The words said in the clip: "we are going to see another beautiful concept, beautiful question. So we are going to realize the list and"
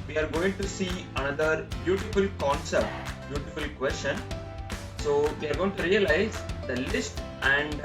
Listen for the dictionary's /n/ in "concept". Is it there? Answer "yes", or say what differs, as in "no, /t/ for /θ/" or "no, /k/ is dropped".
yes